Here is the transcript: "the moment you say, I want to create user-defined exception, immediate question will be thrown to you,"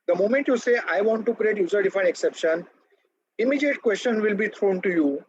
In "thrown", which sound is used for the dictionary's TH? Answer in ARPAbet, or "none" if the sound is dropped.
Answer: T